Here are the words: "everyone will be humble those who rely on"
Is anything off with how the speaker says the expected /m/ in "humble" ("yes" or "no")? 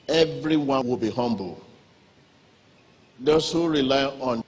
no